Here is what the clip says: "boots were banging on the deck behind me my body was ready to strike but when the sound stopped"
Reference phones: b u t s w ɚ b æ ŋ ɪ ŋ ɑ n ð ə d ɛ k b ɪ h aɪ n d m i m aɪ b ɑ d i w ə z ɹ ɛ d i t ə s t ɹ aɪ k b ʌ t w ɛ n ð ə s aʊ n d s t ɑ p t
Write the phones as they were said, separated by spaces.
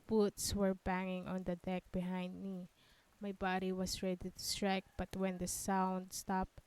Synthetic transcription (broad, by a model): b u t s w ɚ b æ ŋ ɪ ŋ ɑ n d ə d ɛ k b ɪ h aɪ n d m i m aɪ b ɑ d i w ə s ɹ ɛ d i t ə s t ɹ aɪ k b ʌ t w ɛ n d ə s aʊ n d s t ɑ p